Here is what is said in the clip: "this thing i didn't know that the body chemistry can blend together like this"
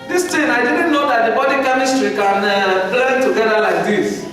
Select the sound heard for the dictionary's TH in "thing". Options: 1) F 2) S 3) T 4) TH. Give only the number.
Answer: 3